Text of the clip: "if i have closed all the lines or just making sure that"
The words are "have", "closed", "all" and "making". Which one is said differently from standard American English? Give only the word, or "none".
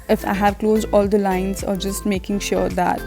none